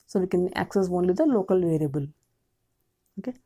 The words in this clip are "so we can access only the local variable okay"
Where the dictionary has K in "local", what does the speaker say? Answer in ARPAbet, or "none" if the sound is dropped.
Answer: K